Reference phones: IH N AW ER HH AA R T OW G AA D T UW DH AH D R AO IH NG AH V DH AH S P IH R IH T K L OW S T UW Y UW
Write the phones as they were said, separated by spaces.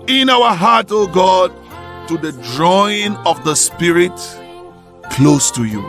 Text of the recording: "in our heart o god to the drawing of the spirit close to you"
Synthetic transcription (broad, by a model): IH N AW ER HH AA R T OW G AA D T UW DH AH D R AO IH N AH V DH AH S P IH R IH T K L OW S T UW Y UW